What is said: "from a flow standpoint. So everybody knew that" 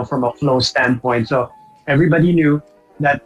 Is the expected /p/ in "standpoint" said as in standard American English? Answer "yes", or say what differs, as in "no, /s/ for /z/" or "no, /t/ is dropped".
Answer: yes